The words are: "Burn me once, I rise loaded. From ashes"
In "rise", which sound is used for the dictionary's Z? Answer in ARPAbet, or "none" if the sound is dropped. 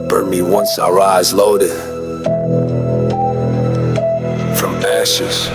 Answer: Z